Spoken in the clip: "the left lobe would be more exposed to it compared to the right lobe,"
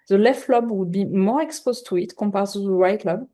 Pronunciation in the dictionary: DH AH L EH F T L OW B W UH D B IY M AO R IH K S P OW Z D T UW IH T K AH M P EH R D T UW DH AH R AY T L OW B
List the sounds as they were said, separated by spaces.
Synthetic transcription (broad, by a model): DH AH L EH F T L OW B W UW D B IY M AO R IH K S P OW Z T UW IH T K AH P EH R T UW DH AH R AY T L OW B